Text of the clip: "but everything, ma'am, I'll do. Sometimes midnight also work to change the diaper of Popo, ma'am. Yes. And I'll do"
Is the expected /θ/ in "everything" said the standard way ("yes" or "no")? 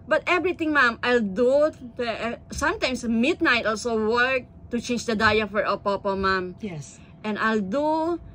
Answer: no